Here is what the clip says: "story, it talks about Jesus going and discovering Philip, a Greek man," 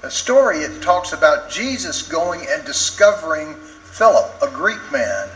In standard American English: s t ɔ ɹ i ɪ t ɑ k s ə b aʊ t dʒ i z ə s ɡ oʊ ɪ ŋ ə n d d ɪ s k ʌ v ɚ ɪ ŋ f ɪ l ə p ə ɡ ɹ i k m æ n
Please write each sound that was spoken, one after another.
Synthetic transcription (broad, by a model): s t ɔ ɹ i ɪ t ɑ k s ə b aʊ t dʒ i z ə s ɡ oʊ ɪ ŋ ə n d d ɪ s k ʌ v ɚ ɪ ŋ f ɪ l ə p ə ɡ ɹ i k m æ n